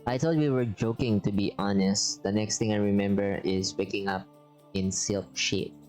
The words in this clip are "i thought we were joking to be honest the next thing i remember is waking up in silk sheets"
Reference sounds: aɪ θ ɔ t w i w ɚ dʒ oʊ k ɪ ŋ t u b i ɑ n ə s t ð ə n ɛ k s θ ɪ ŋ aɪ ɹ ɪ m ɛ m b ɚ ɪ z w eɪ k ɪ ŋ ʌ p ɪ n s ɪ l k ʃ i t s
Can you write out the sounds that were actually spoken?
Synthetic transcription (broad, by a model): aɪ t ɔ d w i w ɚ dʒ oʊ k ɪ ŋ t u b i ɑ n ə s t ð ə n ɛ k s t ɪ ŋ aɪ ɹ ɪ m ɛ m b ɚ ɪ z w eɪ k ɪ ŋ ʌ p ɪ n s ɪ l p ʃ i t